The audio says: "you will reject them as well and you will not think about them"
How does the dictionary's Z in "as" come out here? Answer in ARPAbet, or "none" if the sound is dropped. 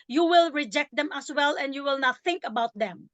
S